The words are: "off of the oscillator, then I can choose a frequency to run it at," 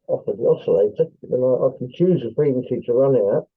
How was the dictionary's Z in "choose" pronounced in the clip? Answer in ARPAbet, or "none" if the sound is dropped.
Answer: Z